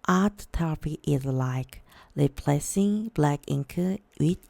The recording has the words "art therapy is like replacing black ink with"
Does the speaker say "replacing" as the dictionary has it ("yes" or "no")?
no